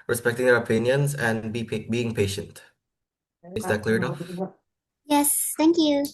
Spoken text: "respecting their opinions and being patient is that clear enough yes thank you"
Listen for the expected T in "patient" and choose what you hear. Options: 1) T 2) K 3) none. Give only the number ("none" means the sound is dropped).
1